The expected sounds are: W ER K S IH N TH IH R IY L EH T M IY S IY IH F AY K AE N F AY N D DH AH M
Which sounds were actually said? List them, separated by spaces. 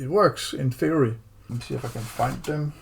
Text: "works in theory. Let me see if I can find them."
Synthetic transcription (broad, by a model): W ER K S IH N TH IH IY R IY S IY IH AY K AE N F AY N D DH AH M